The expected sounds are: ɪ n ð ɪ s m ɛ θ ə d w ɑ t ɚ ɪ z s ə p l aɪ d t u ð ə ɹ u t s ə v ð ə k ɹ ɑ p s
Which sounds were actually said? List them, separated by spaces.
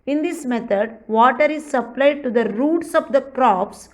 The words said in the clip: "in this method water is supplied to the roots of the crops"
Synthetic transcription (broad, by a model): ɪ n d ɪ s m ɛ t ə d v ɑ t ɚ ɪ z s ə p l aɪ d t u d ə ɹ u t s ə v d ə k ɹ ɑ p s